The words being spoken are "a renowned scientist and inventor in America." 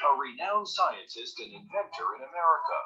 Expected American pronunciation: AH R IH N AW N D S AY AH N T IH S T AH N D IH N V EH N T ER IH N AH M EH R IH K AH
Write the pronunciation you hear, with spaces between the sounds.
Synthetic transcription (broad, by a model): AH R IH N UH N S AY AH N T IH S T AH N IH N V EH N T ER IH N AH M EH R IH K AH